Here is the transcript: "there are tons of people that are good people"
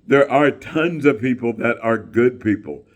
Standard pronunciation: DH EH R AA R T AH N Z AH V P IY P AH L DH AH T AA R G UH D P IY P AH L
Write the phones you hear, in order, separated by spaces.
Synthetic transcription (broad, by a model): DH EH R AA R T AH N Z AH V P IY P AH L DH AH T AA R G UH D P IY P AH L